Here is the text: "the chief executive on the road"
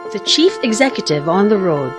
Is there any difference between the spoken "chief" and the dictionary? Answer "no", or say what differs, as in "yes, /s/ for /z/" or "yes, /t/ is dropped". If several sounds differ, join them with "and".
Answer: no